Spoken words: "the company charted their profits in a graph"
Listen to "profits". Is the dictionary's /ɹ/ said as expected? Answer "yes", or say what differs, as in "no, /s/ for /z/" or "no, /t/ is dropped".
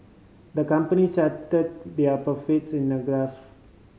no, /ɹ/ is dropped